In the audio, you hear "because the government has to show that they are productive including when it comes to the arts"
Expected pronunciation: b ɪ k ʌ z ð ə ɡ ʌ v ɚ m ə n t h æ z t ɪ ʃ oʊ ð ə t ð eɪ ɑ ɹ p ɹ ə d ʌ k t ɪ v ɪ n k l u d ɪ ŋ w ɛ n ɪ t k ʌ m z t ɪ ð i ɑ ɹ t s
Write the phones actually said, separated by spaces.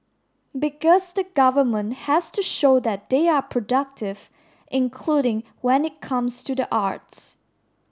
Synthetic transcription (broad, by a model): b ɪ k ʌ z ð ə ɡ ʌ v ɚ m ə n t h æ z t ɪ ʃ oʊ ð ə t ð eɪ ɑ ɹ p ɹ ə d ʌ k t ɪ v ɪ n k l u d ɪ ŋ w ɛ n ɪ t k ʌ m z t ɪ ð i ɑ ɹ t s